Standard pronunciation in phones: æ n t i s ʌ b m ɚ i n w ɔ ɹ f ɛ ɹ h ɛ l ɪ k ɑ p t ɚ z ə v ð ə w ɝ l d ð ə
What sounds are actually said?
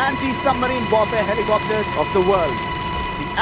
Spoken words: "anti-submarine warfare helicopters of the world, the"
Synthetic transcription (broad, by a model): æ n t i s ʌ m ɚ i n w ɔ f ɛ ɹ h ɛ l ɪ k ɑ p t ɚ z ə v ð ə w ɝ l d